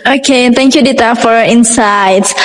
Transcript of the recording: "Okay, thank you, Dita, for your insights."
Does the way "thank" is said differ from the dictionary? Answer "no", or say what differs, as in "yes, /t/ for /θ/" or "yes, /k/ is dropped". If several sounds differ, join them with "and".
yes, /t/ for /θ/